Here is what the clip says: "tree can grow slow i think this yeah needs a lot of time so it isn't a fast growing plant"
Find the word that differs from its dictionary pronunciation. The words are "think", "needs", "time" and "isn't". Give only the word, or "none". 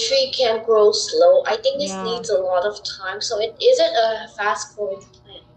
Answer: none